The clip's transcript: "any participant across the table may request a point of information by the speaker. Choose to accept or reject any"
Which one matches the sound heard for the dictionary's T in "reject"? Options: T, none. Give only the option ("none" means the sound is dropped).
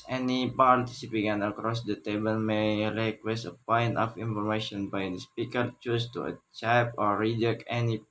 none